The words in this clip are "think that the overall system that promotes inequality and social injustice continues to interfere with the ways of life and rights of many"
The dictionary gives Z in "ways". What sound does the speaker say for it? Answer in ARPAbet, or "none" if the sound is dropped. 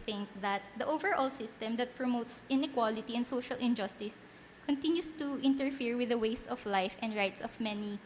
S